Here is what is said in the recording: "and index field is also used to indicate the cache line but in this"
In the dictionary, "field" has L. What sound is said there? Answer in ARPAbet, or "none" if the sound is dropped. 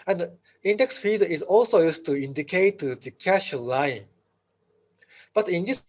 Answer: none